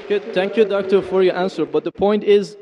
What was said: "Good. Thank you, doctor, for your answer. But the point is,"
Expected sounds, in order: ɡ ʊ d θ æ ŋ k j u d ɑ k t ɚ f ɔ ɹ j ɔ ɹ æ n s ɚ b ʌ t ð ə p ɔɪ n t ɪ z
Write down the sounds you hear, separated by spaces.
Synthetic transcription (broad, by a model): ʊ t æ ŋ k j u d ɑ k t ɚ f ɔ ɹ j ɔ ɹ æ n s ɚ b ʌ t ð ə p ɔɪ n t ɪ z